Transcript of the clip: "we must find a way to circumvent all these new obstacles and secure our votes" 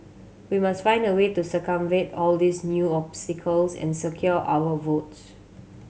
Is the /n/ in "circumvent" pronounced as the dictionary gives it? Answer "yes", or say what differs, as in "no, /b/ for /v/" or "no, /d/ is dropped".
no, /n/ is dropped